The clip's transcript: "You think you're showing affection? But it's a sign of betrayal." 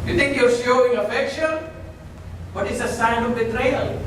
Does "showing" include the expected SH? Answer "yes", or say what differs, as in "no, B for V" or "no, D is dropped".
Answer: no, S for SH